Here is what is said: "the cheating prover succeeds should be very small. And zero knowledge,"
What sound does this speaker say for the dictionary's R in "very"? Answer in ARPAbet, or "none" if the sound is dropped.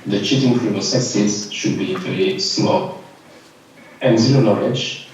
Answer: L